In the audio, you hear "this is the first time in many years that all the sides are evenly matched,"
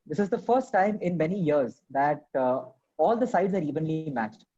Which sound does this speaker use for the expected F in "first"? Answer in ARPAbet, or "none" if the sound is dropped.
F